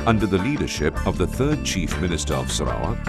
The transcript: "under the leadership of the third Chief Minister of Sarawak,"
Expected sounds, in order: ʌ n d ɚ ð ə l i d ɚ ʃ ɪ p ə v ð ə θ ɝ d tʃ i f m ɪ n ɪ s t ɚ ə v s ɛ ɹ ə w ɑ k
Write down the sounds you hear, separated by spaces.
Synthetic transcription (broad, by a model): ʌ n d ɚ ð ə l i d ɚ ʃ ɪ p ə v ð ə θ ɝ d tʃ i f m ɪ n ɪ s t ɚ ə v s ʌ ɹ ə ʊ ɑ